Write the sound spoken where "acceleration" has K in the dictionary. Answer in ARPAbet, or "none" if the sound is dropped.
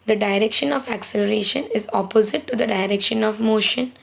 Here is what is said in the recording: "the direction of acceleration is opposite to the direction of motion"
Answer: K